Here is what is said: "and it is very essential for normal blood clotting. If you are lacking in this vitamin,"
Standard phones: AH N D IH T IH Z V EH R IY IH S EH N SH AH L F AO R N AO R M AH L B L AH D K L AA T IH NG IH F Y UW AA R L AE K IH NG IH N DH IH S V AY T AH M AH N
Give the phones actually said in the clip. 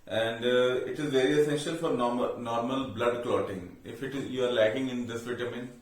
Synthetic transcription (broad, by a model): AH N D IH T IH Z V EH R IY IH S EH N SH AH L F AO R N AO R M AH L B L AH D K L AA T IH NG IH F Y UW AA R L AE K IH NG IH N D IH S V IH T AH M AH N